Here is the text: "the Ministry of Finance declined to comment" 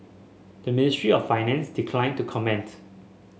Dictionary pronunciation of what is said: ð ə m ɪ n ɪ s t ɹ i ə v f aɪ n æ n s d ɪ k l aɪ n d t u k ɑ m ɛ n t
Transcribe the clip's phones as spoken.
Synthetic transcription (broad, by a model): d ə m ɪ n ɪ s t ɹ i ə f aɪ n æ n s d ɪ k l aɪ n t u k ɑ m ɛ n t